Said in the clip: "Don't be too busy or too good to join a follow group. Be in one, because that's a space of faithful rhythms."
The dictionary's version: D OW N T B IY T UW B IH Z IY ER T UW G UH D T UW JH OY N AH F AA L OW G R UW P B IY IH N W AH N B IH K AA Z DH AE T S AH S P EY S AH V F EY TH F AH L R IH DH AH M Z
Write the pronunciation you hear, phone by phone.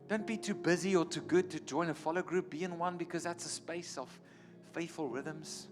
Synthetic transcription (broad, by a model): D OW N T B IY T UW B IH Z IY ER T UW G UH D T UW JH OY N AH F AA L OW G R UW P B IY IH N W AH N B IH K AA Z DH AE T S AH S P EY S AH V F EY TH F AH L R IH DH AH M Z